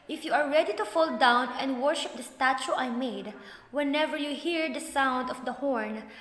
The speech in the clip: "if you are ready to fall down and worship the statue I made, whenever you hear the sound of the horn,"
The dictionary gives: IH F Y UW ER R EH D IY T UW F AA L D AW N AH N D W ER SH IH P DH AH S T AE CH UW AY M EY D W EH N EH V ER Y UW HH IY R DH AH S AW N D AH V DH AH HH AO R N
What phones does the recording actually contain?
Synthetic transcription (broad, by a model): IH F Y UW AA R EH D IY T UW F AA L D AW N AH N D W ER SH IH P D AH S T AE CH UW AY M EY D W EH N EH V ER Y UW HH IY R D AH S AW N D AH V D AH HH AO R N